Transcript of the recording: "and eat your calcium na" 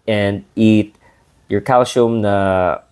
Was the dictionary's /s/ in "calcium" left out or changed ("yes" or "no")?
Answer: yes